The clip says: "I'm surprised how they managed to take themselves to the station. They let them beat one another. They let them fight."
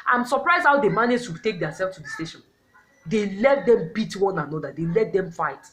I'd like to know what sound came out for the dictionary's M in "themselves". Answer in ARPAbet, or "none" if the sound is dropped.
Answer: none